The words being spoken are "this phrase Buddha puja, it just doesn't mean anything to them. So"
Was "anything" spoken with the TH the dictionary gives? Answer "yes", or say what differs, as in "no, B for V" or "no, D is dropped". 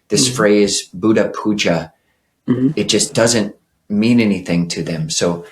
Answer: yes